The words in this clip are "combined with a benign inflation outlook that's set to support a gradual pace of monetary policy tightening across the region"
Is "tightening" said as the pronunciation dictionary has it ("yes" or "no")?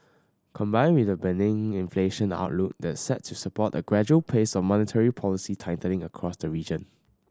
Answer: no